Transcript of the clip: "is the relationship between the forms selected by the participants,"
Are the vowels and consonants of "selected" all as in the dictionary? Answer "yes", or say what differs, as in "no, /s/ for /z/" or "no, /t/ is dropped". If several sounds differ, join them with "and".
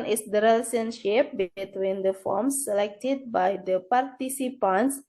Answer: yes